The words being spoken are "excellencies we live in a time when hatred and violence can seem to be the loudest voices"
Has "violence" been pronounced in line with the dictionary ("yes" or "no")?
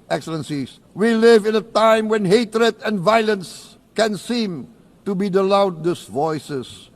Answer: yes